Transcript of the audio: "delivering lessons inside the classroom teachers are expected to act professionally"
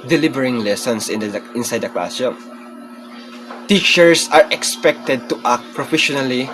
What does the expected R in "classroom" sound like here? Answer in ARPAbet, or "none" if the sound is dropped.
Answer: none